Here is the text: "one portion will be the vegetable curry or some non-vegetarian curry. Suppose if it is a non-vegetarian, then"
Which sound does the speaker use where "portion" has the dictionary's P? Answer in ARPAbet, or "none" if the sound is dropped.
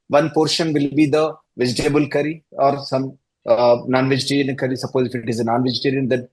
P